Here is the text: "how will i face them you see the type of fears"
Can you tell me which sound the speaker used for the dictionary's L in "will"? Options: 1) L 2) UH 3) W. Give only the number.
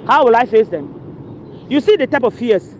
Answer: 1